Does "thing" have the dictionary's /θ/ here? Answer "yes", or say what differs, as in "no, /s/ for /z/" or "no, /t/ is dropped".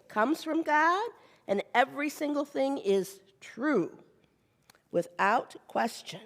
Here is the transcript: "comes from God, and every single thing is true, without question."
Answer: yes